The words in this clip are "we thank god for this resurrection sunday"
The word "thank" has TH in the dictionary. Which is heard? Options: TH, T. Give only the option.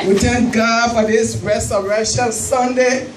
T